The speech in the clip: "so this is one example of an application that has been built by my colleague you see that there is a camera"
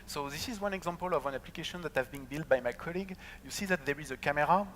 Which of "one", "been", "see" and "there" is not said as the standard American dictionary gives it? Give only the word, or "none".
none